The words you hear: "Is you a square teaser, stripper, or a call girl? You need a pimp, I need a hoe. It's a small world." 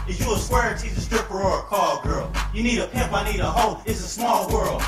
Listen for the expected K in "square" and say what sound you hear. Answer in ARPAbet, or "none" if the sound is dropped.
none